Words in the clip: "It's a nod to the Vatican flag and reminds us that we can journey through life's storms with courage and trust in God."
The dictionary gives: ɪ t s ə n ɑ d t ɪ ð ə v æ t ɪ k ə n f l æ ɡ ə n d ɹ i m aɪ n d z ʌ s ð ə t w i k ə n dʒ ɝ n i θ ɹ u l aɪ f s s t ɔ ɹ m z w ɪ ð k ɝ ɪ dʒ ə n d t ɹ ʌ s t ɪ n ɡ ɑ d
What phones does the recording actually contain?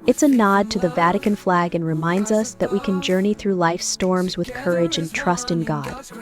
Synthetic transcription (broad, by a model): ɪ t s ə n ɑ d t ɪ ð ə v æ t ɪ k ə n f l æ ɡ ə n ɹ i m aɪ n d z ʌ s ð ə t w i k ə n dʒ ɝ n i θ ɹ u l aɪ f s s t ɔ ɹ m z w ɪ ð k ɝ ɪ dʒ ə n t ɹ ʌ s t ɪ n ɡ ɑ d